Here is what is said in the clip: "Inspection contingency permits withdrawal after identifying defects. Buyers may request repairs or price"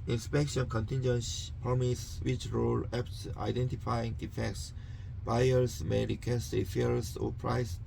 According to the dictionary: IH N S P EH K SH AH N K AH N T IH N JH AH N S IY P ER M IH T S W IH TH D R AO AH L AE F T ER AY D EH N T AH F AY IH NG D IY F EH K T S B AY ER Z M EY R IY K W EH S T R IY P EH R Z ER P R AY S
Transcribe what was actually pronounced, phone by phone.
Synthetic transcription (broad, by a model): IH N S P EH K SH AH N K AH N T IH N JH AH N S P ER M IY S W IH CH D R AO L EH P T AY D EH N T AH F AY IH NG D IY F EH K T S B AY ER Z M EY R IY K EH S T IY F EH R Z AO P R AY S